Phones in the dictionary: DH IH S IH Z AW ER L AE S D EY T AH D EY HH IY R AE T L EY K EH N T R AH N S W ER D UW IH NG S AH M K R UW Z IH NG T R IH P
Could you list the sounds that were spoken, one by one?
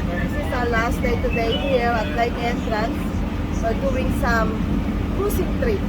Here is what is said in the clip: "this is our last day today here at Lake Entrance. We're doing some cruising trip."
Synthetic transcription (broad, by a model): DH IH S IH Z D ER L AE S D EY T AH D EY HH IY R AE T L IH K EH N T R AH N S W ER D UW IH NG S AH M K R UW S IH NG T R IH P